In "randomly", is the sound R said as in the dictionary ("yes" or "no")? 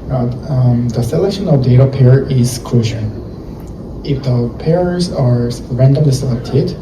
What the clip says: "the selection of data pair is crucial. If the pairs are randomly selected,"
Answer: yes